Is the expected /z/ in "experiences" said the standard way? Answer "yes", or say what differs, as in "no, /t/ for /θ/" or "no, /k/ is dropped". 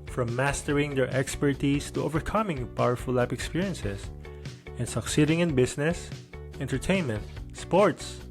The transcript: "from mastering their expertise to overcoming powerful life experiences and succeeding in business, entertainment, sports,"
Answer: no, /s/ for /z/